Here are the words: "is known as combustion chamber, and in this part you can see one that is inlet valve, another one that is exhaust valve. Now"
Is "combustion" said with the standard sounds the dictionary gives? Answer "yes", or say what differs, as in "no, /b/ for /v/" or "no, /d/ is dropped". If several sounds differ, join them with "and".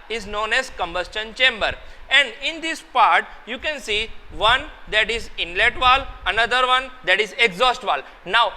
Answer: yes